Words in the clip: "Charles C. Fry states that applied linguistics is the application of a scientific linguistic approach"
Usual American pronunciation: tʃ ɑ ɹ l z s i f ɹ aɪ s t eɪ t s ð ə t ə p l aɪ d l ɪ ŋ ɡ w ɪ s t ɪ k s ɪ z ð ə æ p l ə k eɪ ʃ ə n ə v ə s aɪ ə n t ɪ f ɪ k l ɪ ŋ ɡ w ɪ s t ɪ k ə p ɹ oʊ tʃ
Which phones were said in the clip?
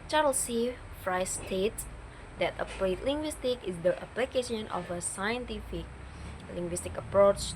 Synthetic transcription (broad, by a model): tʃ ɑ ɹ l s i f ɹ aɪ s t eɪ t s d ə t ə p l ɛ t l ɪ ŋ ɡ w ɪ s t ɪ k ɪ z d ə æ p l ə k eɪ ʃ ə n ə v ə s aɪ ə n t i f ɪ k l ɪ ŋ ɡ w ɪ s t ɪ k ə p ɹ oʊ tʃ